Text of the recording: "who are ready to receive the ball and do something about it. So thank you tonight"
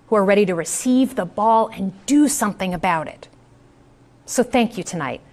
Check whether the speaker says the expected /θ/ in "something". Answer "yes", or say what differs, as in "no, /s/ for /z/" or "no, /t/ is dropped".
yes